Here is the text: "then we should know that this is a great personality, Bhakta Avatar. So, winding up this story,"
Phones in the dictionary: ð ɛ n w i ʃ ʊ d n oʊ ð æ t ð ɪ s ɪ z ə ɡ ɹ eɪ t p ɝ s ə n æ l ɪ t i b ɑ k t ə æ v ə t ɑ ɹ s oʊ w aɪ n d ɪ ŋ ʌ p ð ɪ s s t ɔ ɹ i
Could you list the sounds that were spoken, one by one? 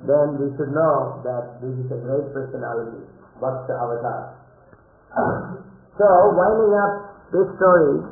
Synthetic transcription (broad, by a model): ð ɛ n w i ʃ ʊ d n oʊ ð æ t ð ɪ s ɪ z ə ɡ ɹ eɪ t p ɝ s ə n æ l ɪ t i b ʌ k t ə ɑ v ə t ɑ s oʊ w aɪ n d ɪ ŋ ʌ p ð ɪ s s t ɔ ɹ i